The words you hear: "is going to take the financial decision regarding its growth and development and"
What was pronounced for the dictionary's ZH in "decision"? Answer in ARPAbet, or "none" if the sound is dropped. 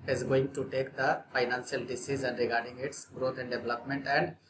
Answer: Z